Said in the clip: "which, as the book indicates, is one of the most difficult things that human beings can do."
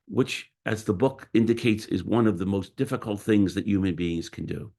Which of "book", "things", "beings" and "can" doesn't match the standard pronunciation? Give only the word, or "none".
none